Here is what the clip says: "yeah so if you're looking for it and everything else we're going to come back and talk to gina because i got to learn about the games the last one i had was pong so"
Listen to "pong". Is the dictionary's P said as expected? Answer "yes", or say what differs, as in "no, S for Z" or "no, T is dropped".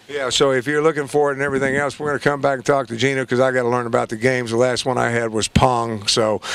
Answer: yes